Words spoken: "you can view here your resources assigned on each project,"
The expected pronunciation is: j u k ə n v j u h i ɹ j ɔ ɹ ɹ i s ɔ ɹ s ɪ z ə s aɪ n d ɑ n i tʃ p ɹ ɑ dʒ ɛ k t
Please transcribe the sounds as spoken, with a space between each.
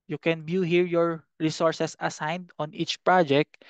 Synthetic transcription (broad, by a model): j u k ə n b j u h i ɹ j ɔ ɹ ɹ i s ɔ ɹ s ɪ s ə s aɪ n d ɑ n i tʃ p ɹ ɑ dʒ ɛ k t